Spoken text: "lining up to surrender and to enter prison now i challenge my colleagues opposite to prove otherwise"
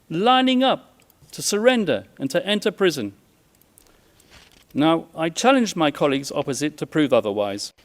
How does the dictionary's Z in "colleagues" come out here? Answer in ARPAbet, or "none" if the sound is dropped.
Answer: Z